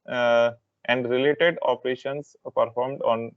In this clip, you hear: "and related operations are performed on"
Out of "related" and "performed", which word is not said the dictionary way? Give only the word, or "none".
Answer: none